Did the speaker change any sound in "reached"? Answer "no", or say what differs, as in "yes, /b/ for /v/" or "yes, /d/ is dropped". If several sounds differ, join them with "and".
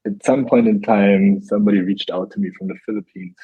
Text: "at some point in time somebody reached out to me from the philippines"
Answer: no